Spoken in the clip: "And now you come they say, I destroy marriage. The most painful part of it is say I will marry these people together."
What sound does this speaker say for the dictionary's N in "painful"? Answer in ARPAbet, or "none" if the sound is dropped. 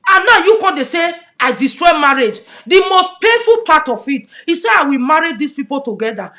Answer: none